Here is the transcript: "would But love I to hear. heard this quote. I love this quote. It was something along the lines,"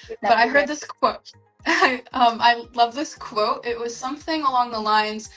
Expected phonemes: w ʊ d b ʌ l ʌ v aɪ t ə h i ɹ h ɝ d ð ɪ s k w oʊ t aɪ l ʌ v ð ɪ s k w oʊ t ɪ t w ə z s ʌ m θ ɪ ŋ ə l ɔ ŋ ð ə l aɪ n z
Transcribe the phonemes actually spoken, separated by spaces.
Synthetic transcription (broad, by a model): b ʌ ʌ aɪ t ə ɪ h ɝ d ð ɪ s k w oʊ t aɪ l ʌ v ð ɪ s k w oʊ t ɪ t w ə z s ʌ m θ ɪ ŋ ə l ɔ ŋ ð ə l aɪ n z